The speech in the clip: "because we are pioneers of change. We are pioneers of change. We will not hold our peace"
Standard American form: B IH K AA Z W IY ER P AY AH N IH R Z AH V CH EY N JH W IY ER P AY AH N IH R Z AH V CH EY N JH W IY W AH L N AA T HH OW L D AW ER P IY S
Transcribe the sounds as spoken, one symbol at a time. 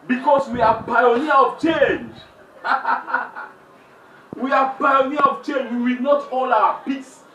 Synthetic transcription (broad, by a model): B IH K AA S W IY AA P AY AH N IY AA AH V CH EY N JH W IY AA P AY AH N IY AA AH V CH EY N JH W IY W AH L N AA T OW L AW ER P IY S